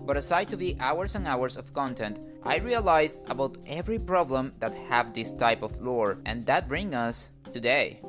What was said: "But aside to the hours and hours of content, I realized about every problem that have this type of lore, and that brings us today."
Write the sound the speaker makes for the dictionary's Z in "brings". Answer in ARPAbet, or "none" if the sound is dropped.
none